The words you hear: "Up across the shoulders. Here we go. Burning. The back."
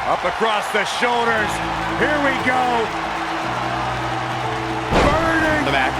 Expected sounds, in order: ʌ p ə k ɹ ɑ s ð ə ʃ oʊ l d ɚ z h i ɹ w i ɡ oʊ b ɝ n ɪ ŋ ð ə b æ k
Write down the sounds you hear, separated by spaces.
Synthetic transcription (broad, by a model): ʌ p ə k ɹ ɑ s ð ə ʃ oʊ l d ɚ z h i ɹ w i ɡ oʊ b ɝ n ɪ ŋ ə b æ